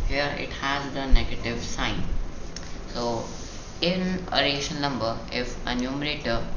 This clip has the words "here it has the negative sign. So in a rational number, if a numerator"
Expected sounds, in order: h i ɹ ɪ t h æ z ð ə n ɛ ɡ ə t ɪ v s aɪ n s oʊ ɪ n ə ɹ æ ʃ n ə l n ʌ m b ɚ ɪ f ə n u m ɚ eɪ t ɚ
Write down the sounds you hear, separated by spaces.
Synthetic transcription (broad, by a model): h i ɹ ɪ t h æ z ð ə n ɛ ɡ ə t ɪ v s aɪ n s oʊ ɪ n ə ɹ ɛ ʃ ə n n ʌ m b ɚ ɪ f ə n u m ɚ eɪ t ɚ